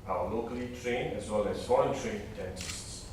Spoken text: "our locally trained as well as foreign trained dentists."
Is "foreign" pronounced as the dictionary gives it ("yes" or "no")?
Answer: no